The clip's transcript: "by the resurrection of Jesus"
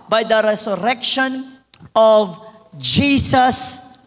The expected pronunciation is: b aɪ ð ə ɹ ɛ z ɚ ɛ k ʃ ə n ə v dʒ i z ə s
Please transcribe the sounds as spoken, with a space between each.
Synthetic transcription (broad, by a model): b aɪ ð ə ɹ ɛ s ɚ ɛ k ʃ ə n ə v dʒ i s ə s